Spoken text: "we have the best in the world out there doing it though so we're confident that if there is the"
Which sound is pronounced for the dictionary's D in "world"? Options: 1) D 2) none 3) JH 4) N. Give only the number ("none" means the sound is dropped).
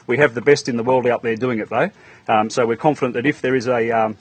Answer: 1